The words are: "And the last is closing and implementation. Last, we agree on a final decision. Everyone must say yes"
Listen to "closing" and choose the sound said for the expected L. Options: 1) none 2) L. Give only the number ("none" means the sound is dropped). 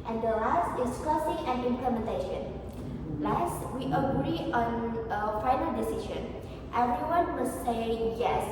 1